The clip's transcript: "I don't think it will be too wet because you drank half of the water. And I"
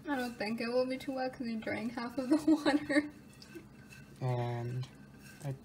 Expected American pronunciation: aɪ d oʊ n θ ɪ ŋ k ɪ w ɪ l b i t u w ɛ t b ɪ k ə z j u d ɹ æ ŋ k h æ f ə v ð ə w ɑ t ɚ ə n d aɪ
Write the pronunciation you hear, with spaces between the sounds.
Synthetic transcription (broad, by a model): aɪ d oʊ n θ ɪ ŋ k ɪ w ɪ l b i t u w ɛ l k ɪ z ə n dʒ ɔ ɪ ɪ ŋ h æ f ə v ð ə w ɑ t ɚ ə n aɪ